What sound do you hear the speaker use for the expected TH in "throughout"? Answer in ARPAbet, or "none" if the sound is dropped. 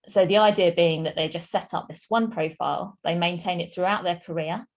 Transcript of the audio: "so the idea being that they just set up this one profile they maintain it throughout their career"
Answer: TH